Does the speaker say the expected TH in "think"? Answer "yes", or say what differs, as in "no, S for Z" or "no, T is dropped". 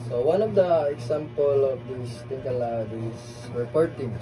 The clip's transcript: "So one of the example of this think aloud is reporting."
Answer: no, T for TH